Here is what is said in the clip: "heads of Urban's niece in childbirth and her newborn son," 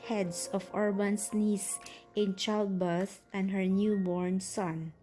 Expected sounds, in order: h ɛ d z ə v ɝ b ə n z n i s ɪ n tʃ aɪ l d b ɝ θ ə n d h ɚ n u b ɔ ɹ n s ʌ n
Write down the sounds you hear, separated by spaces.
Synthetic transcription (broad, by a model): h ɛ d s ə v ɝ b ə n s n i s ɪ n tʃ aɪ l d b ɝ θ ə n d h ɚ n u b ɔ ɹ n s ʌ n